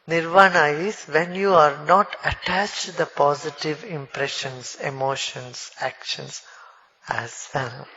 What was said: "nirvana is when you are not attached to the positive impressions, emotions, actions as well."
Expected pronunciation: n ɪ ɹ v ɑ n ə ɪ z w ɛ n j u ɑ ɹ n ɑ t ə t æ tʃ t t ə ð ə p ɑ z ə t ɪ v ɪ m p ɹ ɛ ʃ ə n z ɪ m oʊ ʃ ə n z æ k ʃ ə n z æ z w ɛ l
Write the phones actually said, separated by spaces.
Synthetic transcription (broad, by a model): n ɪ ɹ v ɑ n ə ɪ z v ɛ n j u ɑ ɹ n ɑ t ə t æ tʃ t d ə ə p ɑ z ə t ɪ v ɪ m p ɹ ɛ ʃ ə n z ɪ m oʊ ʃ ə n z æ k ʃ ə n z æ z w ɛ l